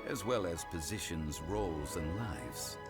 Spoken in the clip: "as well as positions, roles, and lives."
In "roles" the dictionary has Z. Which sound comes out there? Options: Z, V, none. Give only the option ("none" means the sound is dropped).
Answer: Z